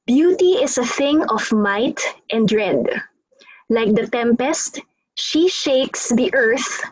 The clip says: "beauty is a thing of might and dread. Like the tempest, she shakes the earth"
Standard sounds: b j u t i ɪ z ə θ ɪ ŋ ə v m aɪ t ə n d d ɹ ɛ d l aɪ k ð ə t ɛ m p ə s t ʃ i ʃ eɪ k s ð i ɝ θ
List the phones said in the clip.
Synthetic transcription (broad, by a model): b j u t i ɪ s ə θ ɪ ŋ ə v m aɪ t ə n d d ɹ ɛ d l aɪ k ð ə t ɛ m p ə s t ʃ i ʃ eɪ k s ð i ɝ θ